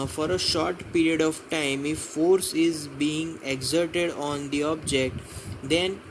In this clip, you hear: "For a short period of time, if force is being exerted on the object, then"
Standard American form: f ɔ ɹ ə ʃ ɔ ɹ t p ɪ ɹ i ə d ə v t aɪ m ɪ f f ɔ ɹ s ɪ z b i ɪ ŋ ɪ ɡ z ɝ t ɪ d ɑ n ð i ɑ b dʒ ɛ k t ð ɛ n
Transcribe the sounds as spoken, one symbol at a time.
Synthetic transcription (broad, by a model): f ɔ ɹ ə ʃ ɔ ɹ t p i ɹ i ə d ə v t aɪ m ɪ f f ɔ ɹ s ɪ z b i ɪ ŋ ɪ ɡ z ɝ t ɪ d ɑ n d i ɑ b dʒ ɛ k t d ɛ n